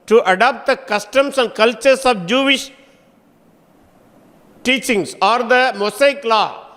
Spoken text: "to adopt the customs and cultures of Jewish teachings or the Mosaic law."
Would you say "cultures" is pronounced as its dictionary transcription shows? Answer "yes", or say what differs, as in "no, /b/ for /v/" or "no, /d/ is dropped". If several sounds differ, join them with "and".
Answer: no, /s/ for /z/